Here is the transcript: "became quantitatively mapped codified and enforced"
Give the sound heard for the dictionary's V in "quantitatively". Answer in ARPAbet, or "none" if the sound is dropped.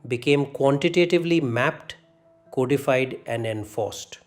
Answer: V